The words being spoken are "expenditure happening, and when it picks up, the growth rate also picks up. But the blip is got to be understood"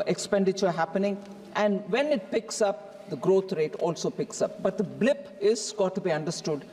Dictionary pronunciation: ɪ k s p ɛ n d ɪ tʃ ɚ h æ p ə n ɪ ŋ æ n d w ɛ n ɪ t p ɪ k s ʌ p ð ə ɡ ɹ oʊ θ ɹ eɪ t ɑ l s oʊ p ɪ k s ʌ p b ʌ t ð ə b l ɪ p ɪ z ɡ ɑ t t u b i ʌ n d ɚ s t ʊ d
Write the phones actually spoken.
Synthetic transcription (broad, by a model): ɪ k s p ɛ n d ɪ tʃ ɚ h æ p ə n ɪ ŋ æ n d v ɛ n ɪ t p ɪ k s ʌ p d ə ɡ ɹ oʊ t ɹ eɪ t ɑ l s oʊ p ɪ k s ʌ p b ʌ t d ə b l ɪ p ɪ z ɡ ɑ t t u b i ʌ n d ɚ s t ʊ d